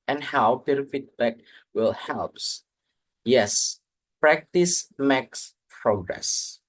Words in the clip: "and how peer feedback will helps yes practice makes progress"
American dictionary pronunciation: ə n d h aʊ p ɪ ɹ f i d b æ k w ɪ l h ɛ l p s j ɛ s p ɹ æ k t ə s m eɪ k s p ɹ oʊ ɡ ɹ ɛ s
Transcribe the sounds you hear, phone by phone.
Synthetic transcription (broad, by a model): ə n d h aʊ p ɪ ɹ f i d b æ k w ɪ l h ɛ l p s j ɛ s p ɹ æ k t ə s m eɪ k s p ɹ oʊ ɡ ɹ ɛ s